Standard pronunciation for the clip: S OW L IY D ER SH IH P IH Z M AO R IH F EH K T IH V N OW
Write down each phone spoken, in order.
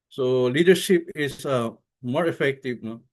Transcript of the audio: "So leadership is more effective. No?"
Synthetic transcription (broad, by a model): S OW L IY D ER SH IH P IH S M AO R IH F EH K T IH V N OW